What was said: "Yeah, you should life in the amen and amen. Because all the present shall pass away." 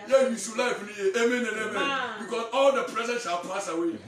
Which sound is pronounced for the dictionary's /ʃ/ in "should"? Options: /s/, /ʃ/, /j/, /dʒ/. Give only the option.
/s/